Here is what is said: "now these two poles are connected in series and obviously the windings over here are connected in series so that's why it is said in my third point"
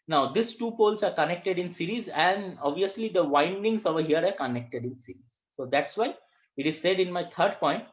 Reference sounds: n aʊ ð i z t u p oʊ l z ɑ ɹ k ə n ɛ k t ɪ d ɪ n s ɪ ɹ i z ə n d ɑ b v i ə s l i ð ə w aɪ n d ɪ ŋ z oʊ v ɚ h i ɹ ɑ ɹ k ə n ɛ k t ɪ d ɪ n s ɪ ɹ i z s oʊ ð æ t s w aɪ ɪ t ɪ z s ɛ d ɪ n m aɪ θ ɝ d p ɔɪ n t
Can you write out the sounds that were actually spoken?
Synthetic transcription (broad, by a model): n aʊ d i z t u p oʊ l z ɑ ɹ k ə n ɛ k t ɪ d ɪ n s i ɹ i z ə n d ɑ b v i ə s l i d ə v aɪ n d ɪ ŋ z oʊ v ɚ h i ɹ ɑ ɹ k ə n ɛ k t ɪ d ɪ n s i ɹ i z s oʊ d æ t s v aɪ ɪ t ɪ z s ɛ d ɪ n m aɪ t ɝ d p ɔɪ n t